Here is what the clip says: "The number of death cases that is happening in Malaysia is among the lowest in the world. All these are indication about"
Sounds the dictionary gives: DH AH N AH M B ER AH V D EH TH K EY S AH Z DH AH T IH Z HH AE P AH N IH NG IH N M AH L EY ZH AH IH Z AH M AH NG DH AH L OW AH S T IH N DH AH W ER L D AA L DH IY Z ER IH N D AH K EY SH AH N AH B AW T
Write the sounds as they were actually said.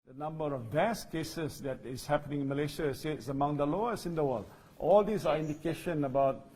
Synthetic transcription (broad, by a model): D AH N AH M B ER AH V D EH S K EY S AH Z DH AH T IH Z HH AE P AH N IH NG IH N M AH L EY SH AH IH S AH M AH NG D AH L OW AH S IH N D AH W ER L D AA L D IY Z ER IH N D AH K EY SH AH N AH B AW T